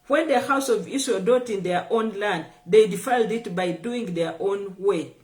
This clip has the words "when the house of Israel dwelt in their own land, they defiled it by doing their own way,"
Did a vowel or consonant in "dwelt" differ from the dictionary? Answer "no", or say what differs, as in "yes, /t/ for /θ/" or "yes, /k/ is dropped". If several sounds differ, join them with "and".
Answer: yes, /l/ is dropped